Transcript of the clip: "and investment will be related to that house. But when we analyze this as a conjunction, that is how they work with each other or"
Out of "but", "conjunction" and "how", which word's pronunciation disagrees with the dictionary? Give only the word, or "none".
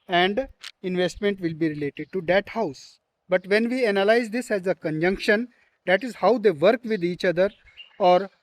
none